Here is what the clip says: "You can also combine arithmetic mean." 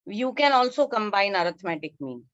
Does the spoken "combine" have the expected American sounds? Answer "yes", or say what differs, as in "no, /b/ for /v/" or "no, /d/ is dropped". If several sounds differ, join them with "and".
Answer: yes